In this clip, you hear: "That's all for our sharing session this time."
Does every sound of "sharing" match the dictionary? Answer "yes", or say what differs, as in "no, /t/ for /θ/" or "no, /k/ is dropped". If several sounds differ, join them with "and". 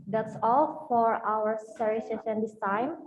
no, /s/ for /ʃ/